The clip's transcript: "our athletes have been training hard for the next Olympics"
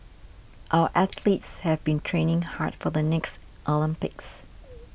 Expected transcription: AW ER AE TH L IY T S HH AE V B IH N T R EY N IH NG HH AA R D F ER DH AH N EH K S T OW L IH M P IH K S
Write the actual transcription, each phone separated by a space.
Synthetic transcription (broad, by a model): AW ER AE TH L IY T S HH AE V B IH N T R EY N IH NG HH AA R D F ER DH AH N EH K S T OW L IH M P IH K S